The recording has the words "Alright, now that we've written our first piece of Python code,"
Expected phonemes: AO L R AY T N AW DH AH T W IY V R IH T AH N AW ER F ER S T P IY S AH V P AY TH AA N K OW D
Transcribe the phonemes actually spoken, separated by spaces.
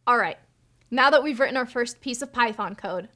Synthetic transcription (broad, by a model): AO L R AY T N AW DH AH T W IY V R IH T N AW ER F ER S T P IY S AH V P AY TH AA N K OW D